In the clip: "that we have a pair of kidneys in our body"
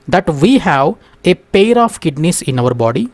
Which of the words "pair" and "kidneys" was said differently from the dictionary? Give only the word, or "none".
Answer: kidneys